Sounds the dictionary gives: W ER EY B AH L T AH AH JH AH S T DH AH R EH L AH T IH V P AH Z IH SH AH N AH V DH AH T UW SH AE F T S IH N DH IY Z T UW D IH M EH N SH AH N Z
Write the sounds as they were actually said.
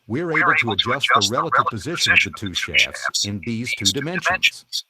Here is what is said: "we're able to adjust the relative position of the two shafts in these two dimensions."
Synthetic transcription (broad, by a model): W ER EY B L T AH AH JH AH S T DH AH R EH L AH T IH V P AH Z IH SH AH N AH V DH AH T UW SH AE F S IH N DH IY Z T UW D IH M EH N SH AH N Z